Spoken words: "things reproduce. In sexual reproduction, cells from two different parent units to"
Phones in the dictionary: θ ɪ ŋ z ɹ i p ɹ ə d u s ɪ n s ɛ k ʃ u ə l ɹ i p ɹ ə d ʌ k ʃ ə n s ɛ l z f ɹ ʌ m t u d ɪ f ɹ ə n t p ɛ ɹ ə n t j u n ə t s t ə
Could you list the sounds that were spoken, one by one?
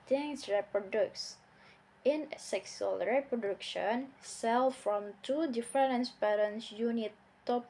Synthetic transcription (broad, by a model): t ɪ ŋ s ɹ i p ɹ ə d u s ɪ n s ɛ k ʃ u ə l ɹ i p ɹ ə d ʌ k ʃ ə n s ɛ l f ɹ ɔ m t u d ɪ f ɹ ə n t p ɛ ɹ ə n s j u n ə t t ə